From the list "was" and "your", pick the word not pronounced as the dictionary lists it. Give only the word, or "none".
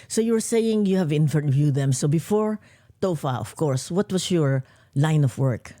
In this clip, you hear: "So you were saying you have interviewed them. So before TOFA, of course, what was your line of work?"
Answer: was